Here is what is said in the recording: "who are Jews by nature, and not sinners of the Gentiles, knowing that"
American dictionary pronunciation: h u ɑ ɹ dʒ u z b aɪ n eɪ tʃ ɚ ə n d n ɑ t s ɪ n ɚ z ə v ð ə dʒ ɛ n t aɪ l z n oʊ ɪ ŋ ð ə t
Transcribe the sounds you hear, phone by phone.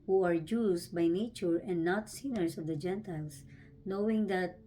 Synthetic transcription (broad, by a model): h u ɑ ɹ dʒ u s b aɪ n eɪ tʃ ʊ ə n d n ɑ t s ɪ n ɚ s ə v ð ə dʒ ɛ n t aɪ l s n oʊ ɪ ŋ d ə t